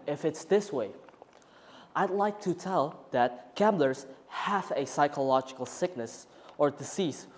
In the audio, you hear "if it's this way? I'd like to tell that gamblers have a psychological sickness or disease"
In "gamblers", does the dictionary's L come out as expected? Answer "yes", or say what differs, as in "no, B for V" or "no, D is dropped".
yes